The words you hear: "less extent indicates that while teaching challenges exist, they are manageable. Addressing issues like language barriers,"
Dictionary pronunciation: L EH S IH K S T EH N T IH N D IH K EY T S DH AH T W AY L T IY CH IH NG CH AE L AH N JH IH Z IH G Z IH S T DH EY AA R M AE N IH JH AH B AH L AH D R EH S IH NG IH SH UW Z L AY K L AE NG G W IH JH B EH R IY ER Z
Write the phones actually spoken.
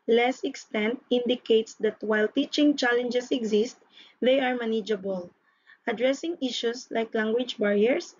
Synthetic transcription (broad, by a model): L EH S IH K S T EH N T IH N D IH K EY T S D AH T W AY L T IY CH IH NG CH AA L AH N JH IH S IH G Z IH S T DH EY AA R M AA N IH JH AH B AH L AH D R EH S IH NG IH SH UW S L AY K L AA NG G W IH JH B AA R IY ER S